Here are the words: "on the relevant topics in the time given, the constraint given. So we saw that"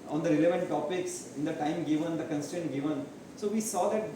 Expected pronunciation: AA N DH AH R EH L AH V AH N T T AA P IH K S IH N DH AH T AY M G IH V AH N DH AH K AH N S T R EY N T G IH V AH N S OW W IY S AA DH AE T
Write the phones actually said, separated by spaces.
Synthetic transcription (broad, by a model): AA N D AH R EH L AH V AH N T T AA P IH K S IH N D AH T AY M G IH V AH N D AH K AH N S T EY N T G IH V AH N S OW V IY S AA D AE T